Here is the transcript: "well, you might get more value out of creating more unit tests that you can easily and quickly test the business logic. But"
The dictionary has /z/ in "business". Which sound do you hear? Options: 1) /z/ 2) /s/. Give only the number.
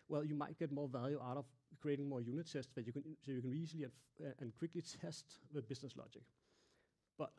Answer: 2